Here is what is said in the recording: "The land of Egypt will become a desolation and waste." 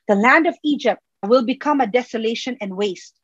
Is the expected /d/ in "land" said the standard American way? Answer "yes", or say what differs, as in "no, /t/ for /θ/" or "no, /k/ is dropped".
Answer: yes